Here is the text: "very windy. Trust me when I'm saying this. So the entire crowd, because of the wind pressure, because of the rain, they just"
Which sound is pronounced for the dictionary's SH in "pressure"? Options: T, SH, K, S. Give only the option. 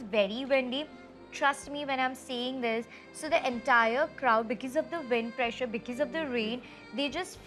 SH